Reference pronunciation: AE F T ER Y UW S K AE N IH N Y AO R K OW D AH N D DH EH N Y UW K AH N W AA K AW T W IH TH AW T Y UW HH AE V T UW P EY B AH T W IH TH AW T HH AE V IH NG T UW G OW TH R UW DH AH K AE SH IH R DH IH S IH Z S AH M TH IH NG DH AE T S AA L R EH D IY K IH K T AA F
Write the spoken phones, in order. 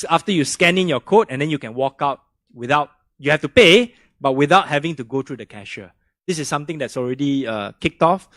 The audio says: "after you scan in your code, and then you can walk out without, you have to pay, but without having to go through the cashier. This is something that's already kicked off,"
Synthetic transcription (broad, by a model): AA F T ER Y UW S K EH N IH N Y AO K OW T AH N D EH N Y UW K AH N W AA K AW T W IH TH AW T Y UW HH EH F T UW P EY B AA T W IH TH AW T HH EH V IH NG T UW G OW T R UW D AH K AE SH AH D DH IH S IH S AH M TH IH NG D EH T S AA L R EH D IY K IH K T AA F